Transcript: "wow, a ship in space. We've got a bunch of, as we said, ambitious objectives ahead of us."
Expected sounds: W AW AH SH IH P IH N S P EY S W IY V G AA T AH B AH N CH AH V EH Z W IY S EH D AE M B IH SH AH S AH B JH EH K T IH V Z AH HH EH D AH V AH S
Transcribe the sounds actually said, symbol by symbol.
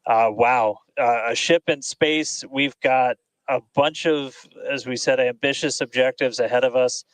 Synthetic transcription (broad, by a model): W AW AH SH IH P IH N S P EY S W IY V G AA T AH B AH N CH AH V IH Z W IY S EH D AE M B IH SH AH S AH B JH EH K T IH V Z AH HH EH D AH V AH S